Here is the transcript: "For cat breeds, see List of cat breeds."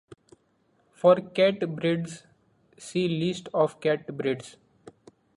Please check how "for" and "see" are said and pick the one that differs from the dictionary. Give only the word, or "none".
none